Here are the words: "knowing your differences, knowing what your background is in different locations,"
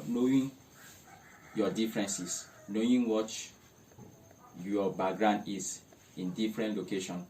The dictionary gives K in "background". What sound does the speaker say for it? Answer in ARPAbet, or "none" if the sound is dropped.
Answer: none